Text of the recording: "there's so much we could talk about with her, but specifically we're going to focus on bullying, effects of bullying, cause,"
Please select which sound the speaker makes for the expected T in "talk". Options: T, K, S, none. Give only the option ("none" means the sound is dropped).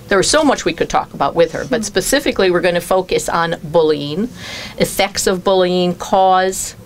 T